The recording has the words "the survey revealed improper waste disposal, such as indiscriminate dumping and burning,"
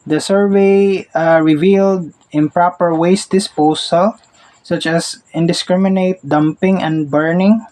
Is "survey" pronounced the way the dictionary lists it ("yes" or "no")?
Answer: yes